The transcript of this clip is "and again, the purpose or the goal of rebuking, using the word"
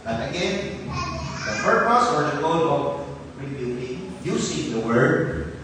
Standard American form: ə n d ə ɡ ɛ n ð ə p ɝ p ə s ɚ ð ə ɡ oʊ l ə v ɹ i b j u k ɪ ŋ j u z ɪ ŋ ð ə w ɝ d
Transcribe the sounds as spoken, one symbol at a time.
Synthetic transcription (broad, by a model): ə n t ə ɡ ɛ n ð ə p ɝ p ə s ɚ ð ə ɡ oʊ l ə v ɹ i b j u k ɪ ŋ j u s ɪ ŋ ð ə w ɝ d